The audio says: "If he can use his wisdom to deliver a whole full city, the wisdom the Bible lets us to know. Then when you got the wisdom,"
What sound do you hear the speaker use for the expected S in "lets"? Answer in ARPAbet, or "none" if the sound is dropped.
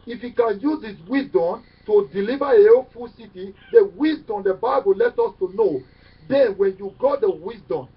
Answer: none